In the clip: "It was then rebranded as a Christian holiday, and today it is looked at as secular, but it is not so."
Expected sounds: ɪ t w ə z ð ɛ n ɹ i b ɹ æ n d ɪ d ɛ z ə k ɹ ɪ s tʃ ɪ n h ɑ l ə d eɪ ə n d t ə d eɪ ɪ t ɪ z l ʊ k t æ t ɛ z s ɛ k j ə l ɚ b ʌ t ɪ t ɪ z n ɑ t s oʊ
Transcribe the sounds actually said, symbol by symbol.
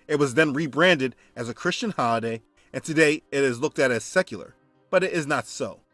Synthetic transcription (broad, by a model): ɪ t w ə z ð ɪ n ɹ i b ɹ æ n d ɪ d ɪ z ə k ɹ ɪ s tʃ ɪ n h ɑ l ə d eɪ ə n t ə d eɪ ɪ t ɪ z l ʊ k t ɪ t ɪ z s ɛ k j l ɚ b ʌ t ɪ t ɪ z n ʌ t s oʊ